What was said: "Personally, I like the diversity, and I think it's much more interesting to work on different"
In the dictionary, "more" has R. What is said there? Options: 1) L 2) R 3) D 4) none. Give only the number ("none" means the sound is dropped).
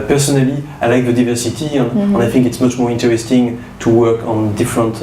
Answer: 2